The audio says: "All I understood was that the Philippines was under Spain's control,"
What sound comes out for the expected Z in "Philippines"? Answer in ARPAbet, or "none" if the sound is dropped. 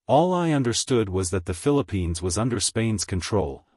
Z